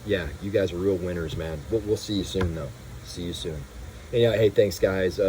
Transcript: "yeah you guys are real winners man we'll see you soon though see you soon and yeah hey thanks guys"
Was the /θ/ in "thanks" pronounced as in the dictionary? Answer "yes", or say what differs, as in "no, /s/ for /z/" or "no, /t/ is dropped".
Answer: yes